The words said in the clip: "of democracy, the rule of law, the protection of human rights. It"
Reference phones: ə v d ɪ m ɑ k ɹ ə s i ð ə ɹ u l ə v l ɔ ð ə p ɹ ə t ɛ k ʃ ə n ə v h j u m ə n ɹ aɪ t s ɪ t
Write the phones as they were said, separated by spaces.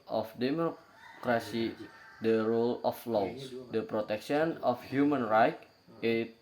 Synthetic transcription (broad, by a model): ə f d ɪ m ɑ k ɹ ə s i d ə ɹ u l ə f l ɔ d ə p ɹ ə t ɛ k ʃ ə n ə f h j u m ə n ɹ aɪ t ɪ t